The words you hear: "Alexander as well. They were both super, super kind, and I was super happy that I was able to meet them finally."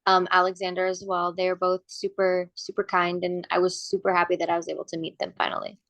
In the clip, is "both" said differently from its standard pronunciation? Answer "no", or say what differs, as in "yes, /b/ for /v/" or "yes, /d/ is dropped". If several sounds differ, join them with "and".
no